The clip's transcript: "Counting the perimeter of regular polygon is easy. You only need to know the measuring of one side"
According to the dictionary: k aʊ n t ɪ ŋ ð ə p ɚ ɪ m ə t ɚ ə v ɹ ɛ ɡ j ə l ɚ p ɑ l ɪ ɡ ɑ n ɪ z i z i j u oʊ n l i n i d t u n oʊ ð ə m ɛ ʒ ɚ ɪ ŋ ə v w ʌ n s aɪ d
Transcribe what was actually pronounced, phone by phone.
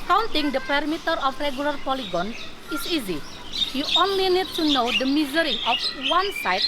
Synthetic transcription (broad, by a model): k aʊ n t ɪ ŋ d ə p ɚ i m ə t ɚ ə f ɹ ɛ ɡ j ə l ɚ p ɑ l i ɡ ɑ n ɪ s i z i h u oʊ n l i n i d t u n oʊ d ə m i z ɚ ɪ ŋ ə f w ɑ n s aɪ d